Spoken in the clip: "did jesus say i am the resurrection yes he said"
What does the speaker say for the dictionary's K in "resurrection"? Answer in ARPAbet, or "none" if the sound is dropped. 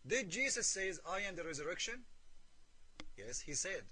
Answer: K